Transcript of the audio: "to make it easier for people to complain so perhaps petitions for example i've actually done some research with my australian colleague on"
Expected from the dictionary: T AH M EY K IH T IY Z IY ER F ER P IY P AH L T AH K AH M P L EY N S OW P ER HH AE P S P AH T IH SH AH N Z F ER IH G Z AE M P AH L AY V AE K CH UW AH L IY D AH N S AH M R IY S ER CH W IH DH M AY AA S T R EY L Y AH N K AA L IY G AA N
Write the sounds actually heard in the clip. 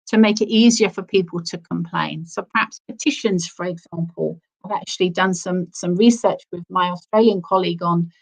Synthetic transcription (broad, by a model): T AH M EY K IH T IY Z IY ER F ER P IY P AH L T AH K AH M P L EY N S OW P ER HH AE P S P AH T IH SH AH N Z F ER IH G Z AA M P AH L AY V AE K CH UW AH L IY D AH N S AH M R IY S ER CH W IH DH M AY AA S T R EY L Y AH N K AA L IY G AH N